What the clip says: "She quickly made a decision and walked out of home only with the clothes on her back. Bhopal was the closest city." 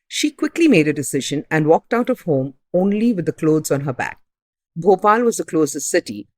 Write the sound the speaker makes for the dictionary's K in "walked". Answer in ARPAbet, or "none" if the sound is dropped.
K